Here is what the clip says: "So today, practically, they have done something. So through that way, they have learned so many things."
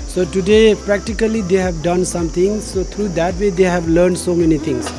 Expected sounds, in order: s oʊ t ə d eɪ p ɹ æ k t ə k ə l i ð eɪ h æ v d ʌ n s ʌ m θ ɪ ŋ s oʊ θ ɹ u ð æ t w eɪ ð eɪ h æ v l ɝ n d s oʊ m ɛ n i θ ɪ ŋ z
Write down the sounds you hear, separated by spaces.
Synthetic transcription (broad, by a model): s oʊ t ə d eɪ p ɹ æ k t ə k ə l i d eɪ h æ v d ʌ n s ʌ m t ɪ ŋ s oʊ t ɹ u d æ t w eɪ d eɪ h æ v l ɝ n d s oʊ m ɛ n i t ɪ ŋ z